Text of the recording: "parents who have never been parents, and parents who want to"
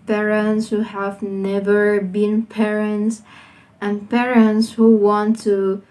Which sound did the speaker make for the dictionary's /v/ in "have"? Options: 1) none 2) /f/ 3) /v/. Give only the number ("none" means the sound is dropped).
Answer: 3